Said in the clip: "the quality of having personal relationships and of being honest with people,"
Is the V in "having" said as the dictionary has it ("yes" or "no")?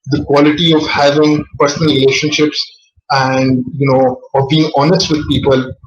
yes